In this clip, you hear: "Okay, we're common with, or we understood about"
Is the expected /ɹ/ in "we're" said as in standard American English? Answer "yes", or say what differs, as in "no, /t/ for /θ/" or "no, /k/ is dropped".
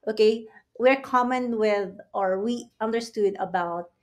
yes